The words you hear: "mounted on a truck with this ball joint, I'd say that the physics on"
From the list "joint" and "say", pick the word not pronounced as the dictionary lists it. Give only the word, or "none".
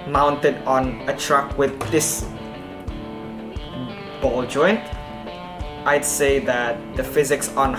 none